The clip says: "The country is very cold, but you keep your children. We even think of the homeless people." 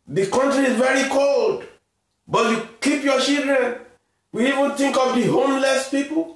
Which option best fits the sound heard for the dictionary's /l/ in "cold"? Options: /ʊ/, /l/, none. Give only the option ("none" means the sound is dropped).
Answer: /l/